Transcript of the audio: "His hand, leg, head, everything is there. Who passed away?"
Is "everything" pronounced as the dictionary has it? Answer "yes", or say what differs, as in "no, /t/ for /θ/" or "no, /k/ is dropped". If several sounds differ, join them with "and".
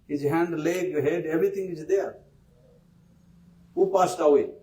no, /t/ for /θ/